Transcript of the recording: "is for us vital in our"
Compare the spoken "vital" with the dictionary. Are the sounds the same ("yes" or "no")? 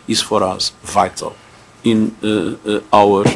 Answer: yes